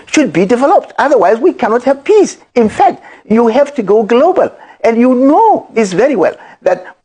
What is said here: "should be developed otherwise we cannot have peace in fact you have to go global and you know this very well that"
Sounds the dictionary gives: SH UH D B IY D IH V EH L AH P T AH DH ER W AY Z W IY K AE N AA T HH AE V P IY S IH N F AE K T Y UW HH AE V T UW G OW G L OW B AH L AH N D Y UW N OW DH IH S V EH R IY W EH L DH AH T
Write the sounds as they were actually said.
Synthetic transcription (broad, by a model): SH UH D B IY D IH V EH L AH P T AH DH ER W AY Z W IY K AE N AA T HH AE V P IY S IH N F AE K T Y UW HH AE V T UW G OW G L OW B AH L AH N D Y UW N OW DH IH S V EH R IY W EH L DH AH T